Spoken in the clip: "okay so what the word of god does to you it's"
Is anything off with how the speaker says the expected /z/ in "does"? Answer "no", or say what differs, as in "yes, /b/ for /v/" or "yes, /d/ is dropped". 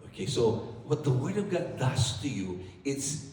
yes, /s/ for /z/